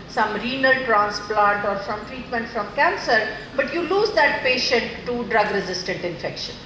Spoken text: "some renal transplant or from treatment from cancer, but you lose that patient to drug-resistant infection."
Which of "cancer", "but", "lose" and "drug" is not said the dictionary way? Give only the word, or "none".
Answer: none